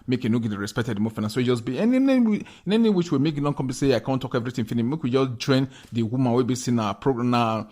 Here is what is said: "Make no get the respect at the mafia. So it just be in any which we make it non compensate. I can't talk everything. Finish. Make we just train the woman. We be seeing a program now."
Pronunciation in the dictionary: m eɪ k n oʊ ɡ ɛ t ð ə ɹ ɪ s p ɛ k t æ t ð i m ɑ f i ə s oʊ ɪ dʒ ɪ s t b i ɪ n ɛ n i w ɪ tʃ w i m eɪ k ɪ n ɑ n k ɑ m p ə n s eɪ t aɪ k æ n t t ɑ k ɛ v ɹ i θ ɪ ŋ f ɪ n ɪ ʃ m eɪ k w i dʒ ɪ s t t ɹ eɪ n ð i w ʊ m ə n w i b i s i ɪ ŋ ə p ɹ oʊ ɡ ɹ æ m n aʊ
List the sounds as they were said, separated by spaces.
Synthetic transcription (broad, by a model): m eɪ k n oʊ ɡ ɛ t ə ɹ ɪ s p ɛ k t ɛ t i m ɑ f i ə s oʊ ɪ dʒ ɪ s b i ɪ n ɛ n i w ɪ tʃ w i m eɪ k ɪ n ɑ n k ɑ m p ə s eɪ aɪ k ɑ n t t ɑ k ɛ v ɹ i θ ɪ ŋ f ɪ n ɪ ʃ m eɪ k w i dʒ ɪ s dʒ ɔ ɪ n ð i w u m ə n w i b i s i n ə p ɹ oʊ ɡ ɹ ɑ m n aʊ